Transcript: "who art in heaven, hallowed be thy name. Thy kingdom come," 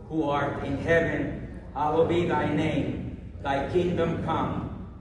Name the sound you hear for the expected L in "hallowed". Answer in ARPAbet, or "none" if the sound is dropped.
W